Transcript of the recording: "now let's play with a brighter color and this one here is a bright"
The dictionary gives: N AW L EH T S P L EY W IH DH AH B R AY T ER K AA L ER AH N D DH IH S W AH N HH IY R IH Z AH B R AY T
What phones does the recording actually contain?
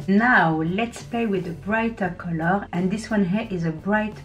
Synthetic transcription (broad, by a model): N AW L EH T S P L EY W IH DH AH B R AY T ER K AA L ER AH N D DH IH S W AH N HH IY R IH Z AH B R AY T